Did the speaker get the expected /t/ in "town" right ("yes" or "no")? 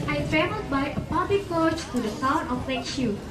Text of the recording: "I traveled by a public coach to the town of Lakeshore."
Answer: no